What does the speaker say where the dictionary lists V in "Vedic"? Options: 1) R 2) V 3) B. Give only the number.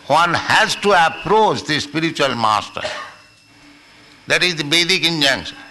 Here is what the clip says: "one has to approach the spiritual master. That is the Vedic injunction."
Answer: 3